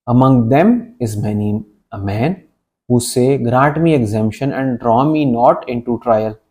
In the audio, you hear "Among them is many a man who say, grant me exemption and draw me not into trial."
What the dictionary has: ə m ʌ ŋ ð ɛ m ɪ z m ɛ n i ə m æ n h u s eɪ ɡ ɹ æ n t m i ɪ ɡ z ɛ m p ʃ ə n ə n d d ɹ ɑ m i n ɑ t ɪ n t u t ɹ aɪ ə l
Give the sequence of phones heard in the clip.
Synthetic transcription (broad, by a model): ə m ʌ ŋ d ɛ m ɪ z m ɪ n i ə m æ n h u s eɪ ɡ ɹ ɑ t m i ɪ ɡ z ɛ m p ʃ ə n ə n d d ɹ ɑ m i n ɑ t ɪ n t u t ɹ aɪ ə l